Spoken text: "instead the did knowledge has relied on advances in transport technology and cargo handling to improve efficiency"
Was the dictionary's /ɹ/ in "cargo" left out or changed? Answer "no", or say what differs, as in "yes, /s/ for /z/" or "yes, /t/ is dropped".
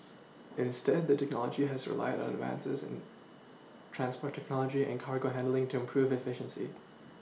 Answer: no